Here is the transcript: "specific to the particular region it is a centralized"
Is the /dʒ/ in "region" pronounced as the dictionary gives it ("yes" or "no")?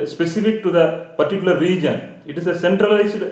yes